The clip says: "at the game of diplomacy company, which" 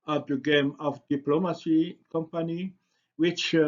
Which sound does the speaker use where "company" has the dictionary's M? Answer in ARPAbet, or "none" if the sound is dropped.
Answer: M